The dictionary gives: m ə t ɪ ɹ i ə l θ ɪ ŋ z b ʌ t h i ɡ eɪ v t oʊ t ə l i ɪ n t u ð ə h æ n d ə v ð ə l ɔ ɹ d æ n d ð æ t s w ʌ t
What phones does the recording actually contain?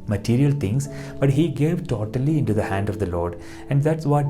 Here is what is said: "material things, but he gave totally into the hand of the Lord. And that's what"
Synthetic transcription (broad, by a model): m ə t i ɹ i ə l t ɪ ŋ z b ʌ t h i ɡ eɪ v t oʊ t ə l i ɪ n t u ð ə h æ n d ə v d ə l ɔ ɹ d æ n d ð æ t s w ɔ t